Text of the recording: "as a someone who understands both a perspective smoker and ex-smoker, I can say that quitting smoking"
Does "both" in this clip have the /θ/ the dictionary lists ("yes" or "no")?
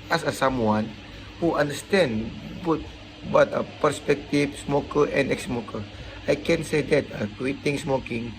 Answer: no